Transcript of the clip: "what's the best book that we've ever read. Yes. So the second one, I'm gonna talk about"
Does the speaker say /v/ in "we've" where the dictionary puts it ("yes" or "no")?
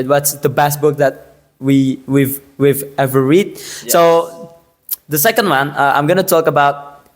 yes